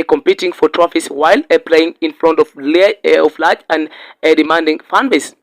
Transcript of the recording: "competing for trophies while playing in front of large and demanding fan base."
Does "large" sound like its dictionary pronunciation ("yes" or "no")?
no